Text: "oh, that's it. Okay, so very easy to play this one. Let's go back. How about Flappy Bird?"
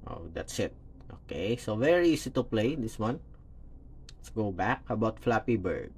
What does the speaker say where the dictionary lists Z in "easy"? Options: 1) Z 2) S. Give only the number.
2